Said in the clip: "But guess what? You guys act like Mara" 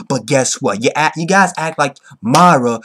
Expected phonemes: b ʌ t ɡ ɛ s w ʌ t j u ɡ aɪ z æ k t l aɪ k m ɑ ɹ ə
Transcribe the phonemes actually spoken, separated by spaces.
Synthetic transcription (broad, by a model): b ʌ t ɡ ɛ s w ʌ t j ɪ ɡ aɪ z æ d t l aɪ k m ɑ ɹ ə